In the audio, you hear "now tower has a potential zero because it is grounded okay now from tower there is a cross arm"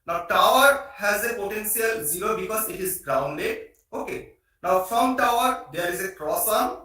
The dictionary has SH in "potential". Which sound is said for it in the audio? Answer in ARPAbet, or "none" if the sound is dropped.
S